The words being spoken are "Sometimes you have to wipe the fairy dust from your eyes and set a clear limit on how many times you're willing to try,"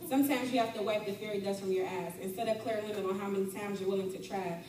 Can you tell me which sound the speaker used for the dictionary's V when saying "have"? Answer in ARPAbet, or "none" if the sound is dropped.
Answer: F